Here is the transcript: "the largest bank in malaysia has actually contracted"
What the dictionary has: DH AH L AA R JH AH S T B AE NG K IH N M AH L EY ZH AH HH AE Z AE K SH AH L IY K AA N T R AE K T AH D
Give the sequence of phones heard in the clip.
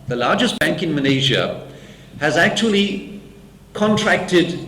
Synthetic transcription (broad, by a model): DH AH L AA JH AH S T B AE NG K IH N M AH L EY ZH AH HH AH Z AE K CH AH L IY K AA N T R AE K T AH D